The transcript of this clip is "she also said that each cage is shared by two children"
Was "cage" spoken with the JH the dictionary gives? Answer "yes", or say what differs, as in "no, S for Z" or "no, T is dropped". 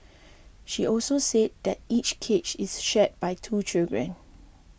no, CH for JH